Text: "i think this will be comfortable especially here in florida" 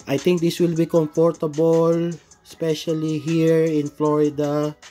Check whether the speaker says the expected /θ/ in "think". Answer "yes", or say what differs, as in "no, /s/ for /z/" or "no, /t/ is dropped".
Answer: no, /t/ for /θ/